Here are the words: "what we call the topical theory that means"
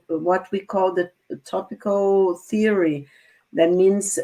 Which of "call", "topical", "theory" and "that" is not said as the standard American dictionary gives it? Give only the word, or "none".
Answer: none